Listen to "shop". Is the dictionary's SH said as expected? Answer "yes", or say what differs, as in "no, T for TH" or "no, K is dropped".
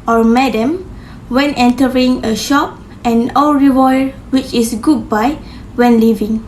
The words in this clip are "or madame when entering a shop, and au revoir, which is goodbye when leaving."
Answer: yes